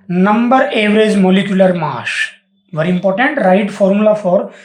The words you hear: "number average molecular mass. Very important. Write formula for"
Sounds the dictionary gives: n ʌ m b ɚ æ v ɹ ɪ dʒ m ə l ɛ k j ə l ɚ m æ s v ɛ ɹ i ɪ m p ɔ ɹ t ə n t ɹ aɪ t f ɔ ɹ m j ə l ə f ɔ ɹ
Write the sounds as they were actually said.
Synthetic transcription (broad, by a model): n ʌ m b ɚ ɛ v ɹ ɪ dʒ m ə l ɛ k j ə l ɚ m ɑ ʃ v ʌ ɹ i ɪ m p ɔ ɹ t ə n t ɹ aɪ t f ɔ ɹ m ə l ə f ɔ ɹ